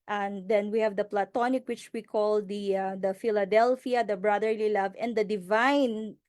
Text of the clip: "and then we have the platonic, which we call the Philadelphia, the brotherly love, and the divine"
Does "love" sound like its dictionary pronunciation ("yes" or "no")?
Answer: yes